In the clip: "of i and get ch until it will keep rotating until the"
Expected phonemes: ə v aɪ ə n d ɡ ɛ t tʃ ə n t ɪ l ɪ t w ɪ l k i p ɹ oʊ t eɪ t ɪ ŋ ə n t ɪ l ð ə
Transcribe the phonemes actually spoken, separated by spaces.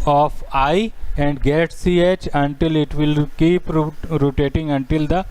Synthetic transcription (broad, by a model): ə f aɪ ə n d ɡ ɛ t tʃ ə n t ɪ l ɪ t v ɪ l k i p ɹ oʊ t eɪ t ɪ ŋ ə n t ɪ l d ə